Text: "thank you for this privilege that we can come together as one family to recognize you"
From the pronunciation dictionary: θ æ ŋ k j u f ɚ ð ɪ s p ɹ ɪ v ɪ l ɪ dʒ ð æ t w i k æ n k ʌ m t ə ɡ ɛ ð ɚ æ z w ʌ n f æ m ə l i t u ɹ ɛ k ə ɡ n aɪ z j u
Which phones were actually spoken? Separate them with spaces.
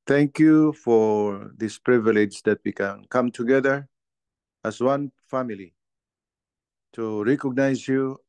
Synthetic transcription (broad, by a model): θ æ ŋ k j u f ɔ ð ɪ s p ɹ ɪ v ɪ l ɪ dʒ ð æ t w i k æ n k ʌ m t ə ɡ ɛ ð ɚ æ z w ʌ n f æ m ə l i t u ɹ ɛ k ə ɡ n aɪ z j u